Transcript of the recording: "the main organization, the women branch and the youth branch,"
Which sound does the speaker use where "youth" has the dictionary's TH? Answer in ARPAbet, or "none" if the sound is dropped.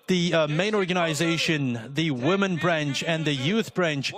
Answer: TH